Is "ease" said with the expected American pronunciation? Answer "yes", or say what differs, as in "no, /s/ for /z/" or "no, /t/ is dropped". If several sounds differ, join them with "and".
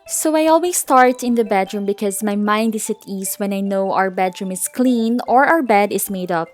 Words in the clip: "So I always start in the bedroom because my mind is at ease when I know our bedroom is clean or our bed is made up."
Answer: no, /s/ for /z/